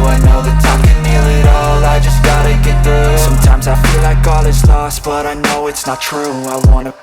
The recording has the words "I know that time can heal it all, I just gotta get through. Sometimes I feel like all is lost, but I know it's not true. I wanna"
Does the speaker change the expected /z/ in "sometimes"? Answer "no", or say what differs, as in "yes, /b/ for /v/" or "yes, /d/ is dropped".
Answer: no